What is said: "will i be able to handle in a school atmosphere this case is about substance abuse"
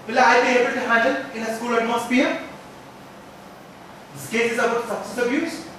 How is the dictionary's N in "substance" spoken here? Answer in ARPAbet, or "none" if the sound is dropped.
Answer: none